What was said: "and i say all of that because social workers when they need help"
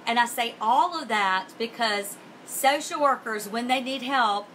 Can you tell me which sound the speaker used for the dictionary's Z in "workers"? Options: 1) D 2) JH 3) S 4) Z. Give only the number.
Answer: 4